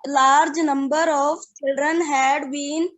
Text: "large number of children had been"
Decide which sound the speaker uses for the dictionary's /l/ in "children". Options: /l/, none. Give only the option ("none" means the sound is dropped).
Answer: /l/